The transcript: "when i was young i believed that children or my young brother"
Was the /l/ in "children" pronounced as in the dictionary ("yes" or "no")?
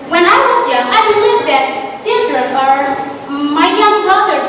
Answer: yes